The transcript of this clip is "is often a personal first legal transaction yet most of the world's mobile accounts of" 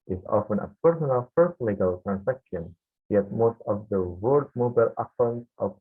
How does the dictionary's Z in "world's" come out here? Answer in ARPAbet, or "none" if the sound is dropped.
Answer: none